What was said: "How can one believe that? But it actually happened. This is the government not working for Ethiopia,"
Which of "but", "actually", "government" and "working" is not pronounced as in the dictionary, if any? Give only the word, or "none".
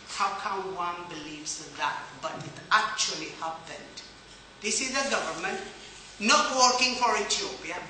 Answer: none